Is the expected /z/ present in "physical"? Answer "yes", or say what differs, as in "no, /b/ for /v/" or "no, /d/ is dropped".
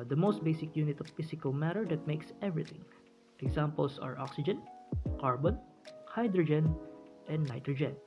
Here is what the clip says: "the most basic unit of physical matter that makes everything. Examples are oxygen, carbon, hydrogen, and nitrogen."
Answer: no, /s/ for /z/